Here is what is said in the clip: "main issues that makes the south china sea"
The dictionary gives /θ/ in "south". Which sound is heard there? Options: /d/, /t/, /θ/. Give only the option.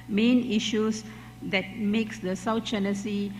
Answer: /t/